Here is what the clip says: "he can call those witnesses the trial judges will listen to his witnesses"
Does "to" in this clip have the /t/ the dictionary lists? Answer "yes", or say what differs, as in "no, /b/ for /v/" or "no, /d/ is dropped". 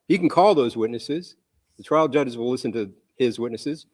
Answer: yes